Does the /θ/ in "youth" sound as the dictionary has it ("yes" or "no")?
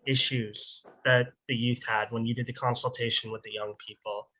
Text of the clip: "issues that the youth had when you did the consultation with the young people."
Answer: yes